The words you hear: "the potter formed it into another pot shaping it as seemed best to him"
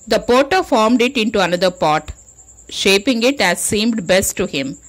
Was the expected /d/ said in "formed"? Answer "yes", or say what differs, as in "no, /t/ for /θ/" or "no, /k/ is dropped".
yes